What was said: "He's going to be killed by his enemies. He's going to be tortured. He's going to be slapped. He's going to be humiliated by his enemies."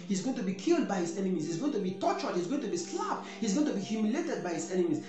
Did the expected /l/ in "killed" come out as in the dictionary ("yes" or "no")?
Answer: yes